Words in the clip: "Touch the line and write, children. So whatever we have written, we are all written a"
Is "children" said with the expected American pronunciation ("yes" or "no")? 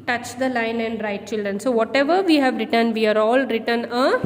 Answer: yes